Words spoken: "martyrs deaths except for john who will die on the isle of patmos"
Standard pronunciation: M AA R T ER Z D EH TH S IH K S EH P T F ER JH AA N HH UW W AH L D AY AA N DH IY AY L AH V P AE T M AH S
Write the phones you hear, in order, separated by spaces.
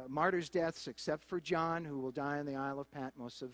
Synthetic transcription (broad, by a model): M AA R T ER Z D EH TH S IH K S EH P T F ER JH AA N HH UW W AH L D AY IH N DH IY AY L AH V P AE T M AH S